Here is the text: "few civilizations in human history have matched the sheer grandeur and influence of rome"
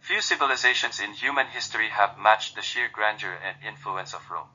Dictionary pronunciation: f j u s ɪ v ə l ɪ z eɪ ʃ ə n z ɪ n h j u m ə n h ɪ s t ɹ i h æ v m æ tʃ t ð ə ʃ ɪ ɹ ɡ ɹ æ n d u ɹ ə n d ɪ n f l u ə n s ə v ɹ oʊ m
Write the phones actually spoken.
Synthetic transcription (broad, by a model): f j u s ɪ v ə l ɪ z eɪ ʃ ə n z ɪ n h j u m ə n h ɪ s t ɹ i h æ v m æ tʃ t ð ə ʃ ɪ ɹ ɡ ɹ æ n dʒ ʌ ɹ ə n d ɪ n f l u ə n s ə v ɹ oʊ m